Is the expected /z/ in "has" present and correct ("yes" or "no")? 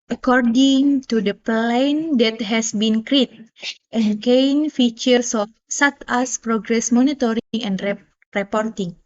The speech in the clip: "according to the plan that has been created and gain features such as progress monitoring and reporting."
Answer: no